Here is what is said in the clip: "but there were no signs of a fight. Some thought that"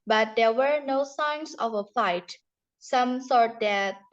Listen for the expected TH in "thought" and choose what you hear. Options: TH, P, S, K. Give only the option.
S